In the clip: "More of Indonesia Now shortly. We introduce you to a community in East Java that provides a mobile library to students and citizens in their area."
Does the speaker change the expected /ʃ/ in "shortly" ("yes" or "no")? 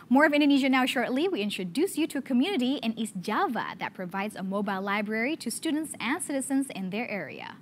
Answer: no